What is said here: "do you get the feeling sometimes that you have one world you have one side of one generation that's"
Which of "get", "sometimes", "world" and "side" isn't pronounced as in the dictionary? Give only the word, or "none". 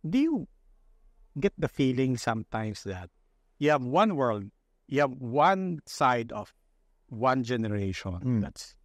sometimes